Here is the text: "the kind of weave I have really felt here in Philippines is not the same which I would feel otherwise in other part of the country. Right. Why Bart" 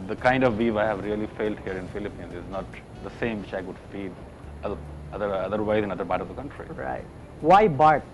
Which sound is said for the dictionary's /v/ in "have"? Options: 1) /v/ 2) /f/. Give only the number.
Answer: 1